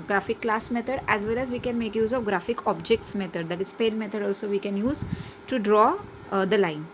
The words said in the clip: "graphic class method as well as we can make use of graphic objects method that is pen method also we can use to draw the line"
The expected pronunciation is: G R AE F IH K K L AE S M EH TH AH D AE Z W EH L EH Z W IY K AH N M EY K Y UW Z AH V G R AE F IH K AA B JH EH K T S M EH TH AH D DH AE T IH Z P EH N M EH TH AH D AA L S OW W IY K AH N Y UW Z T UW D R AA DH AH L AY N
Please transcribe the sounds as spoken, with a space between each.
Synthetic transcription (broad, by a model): G R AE F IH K K L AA S M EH T AH D AE Z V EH L EH Z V IY K AH N M EY K Y UW Z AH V G R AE F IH K AA B JH EH K T S M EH T AH D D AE T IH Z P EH L M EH T AH D AA L S OW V IY K AH N Y UW Z T UW D R AA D AH L AY N